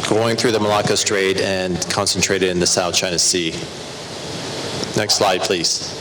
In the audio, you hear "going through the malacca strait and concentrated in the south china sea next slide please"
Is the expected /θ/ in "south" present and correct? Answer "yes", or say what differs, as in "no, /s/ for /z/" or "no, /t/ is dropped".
yes